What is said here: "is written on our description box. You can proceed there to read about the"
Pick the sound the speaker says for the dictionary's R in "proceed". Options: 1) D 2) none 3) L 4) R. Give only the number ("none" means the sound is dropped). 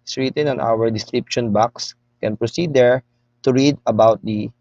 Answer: 4